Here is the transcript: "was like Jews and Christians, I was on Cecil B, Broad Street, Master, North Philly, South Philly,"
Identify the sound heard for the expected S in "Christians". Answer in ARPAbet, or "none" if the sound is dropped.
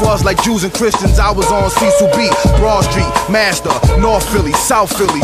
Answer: S